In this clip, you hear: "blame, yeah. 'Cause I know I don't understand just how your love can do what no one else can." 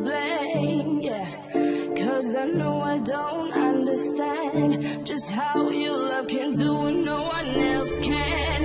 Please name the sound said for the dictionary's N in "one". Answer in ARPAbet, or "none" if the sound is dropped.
N